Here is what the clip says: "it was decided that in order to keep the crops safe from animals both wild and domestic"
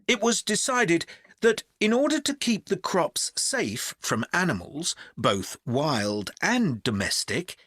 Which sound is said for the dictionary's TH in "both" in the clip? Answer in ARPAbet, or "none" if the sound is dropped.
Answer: TH